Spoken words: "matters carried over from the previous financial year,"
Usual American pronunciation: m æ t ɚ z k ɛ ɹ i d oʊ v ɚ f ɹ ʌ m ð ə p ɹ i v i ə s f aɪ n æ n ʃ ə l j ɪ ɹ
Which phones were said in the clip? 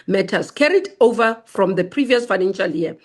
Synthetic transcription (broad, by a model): m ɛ t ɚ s k ɛ ɹ i d oʊ v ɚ f ɹ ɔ m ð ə p ɹ i v i ə s f aɪ n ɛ n ʃ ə l j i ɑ